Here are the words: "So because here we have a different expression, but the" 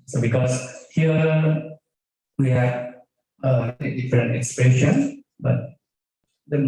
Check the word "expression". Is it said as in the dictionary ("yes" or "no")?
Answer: no